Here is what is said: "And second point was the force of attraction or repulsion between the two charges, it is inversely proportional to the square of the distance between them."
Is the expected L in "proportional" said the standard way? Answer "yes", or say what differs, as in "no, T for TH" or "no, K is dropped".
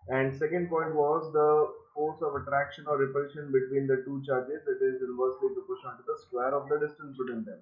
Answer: no, N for L